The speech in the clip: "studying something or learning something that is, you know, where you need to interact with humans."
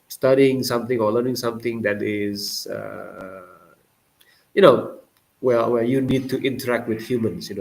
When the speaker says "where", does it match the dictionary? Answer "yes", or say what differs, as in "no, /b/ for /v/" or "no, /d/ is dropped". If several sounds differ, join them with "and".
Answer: no, /w/ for /ɹ/